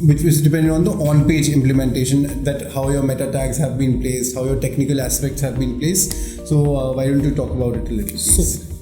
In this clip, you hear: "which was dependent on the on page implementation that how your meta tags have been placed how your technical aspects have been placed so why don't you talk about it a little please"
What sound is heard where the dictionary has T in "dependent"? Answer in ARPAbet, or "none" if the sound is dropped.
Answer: none